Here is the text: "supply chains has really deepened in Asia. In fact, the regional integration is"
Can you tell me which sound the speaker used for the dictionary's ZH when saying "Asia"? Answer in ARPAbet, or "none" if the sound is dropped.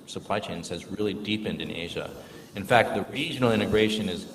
ZH